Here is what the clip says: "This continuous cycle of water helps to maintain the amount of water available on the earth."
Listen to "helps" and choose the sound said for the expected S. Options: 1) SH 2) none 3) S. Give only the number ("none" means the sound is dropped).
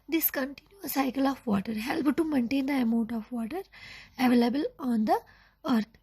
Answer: 2